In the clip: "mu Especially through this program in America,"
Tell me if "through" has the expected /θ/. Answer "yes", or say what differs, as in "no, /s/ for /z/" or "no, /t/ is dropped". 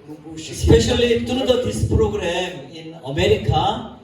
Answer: no, /t/ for /θ/